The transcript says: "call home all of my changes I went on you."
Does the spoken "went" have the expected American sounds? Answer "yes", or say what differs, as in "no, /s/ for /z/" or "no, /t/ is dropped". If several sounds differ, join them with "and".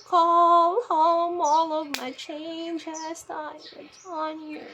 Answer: no, /n/ is dropped